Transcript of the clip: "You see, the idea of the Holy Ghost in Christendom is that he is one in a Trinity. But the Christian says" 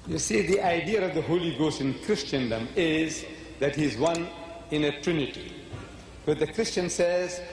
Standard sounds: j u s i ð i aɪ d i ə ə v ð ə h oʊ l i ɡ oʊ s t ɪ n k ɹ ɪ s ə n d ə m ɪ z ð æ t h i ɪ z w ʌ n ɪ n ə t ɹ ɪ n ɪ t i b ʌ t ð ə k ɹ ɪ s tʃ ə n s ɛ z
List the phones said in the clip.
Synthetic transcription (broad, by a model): j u s i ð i aɪ d i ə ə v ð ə h oʊ l i ɡ oʊ s t ɪ n k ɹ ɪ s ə n d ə m ɪ z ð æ t h i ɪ z w ʌ n ɪ n ə t ɹ ɪ n ɪ t i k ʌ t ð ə k ɹ ɪ s tʃ ə n s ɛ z